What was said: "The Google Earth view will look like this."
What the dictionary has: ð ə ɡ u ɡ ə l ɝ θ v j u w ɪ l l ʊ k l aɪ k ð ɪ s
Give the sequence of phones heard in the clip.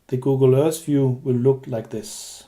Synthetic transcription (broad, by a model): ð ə ɡ u ɡ ə l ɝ s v j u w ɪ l l ʊ k l aɪ k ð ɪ s